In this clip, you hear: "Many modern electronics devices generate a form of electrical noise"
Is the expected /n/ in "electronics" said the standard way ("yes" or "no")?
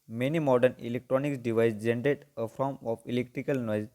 yes